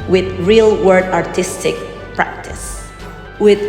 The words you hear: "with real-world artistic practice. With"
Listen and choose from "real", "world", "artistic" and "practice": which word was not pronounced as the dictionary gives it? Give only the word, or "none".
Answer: world